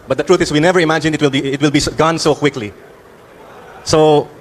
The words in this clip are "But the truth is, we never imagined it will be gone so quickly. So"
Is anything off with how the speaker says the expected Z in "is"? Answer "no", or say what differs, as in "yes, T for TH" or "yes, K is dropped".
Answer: yes, S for Z